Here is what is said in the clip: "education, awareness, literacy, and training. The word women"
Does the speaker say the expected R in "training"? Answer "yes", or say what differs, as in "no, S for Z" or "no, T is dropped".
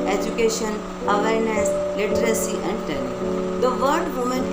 no, R is dropped